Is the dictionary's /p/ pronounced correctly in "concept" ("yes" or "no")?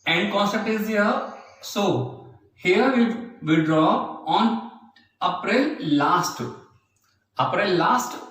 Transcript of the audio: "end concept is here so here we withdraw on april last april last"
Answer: no